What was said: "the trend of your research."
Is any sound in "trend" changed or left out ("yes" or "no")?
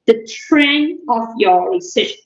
yes